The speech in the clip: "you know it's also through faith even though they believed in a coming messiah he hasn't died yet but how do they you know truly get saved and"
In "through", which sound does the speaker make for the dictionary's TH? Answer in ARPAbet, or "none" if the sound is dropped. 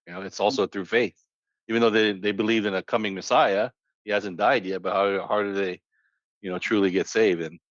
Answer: TH